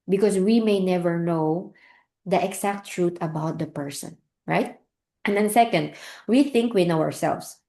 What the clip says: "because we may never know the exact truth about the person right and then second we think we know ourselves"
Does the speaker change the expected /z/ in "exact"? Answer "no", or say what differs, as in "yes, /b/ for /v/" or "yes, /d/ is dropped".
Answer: yes, /s/ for /z/